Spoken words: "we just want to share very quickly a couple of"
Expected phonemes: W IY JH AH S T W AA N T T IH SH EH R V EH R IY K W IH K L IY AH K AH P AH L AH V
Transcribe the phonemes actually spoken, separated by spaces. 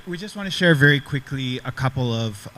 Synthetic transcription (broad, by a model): W IY JH AH S T W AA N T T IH SH EH R V EH R IY K W IH K L IY AH K AH P L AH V